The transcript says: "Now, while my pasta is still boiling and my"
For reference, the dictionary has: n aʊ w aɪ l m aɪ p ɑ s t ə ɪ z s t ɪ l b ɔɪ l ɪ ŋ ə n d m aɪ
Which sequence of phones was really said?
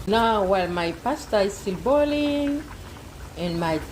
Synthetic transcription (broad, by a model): n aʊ w aɪ l m aɪ p ɑ s t ə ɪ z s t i l b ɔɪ l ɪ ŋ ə n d m aɪ